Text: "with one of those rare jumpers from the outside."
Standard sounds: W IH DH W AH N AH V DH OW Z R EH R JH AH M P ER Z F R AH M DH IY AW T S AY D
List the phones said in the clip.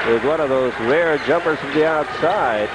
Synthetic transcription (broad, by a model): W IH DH W AH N AH V DH OW Z R EH R JH AH M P ER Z F R AH M DH IY AW T S AY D